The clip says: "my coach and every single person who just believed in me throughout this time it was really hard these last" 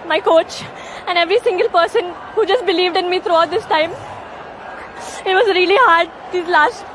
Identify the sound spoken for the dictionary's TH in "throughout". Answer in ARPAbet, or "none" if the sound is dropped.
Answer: T